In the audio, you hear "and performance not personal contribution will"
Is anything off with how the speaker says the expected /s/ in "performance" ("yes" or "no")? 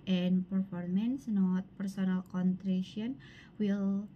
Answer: no